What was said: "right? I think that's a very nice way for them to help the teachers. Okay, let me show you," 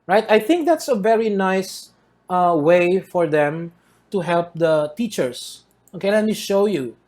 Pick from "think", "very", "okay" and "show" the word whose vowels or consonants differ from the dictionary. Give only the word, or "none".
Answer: none